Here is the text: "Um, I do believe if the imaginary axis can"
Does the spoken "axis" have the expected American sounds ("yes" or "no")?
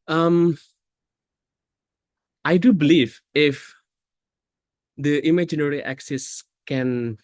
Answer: yes